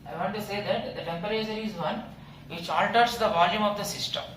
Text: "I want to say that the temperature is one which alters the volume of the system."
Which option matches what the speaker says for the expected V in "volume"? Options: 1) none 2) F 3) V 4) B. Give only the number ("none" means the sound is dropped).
3